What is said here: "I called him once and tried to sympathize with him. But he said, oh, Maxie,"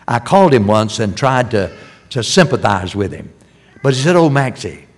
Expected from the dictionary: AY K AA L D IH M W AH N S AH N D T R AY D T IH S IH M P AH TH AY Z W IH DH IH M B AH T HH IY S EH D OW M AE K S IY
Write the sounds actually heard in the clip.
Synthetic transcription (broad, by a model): AY K AA L D IH M W AH N S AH N T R AY D T IH S IH M P AH TH AY Z W IH DH IH M B AH T HH IY S EH D OW M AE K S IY